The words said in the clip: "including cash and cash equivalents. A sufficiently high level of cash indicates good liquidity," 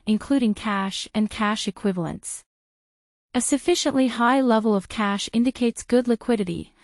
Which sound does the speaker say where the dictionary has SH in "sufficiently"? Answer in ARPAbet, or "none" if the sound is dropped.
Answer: SH